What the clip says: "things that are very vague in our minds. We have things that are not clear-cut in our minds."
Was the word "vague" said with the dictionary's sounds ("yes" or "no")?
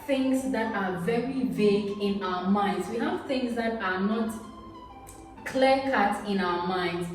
yes